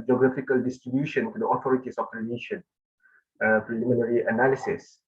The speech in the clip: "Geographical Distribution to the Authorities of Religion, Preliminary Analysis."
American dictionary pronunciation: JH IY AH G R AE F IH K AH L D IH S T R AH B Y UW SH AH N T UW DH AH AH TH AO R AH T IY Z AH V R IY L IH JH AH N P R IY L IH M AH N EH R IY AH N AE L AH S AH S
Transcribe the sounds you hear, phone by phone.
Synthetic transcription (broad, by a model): JH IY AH G R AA F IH K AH L D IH S T R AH B Y UW SH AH N T UW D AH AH T AO R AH T IY S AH F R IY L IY SH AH N P R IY L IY M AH N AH R IY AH N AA L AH S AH S